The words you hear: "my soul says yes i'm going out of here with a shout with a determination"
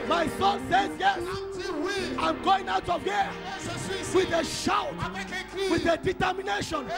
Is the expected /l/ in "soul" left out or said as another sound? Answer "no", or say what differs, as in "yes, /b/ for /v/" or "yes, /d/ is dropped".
yes, /n/ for /l/